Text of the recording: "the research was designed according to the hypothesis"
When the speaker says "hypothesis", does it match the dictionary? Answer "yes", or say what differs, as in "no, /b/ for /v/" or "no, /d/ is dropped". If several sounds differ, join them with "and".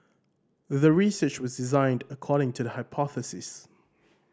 yes